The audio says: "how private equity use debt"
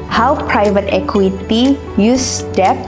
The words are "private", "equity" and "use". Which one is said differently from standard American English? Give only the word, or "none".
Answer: none